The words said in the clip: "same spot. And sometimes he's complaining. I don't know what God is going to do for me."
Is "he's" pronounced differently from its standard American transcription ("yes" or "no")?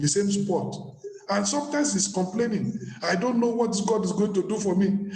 yes